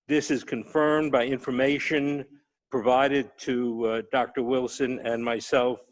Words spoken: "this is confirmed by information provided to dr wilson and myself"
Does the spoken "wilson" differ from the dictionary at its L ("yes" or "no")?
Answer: no